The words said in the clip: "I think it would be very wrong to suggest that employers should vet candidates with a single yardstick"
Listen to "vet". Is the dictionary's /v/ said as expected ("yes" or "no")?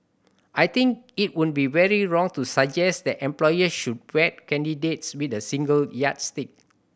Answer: no